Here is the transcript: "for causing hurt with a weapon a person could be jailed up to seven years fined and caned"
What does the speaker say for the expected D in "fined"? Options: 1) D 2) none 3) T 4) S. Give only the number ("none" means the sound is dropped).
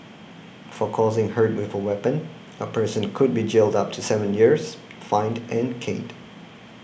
1